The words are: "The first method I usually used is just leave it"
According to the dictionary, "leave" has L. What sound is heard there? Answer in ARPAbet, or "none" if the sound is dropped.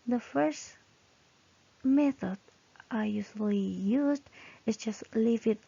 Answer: L